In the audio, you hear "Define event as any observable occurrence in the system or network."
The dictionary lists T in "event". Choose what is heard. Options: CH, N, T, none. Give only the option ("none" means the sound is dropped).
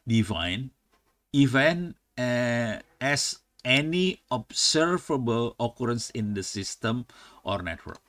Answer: none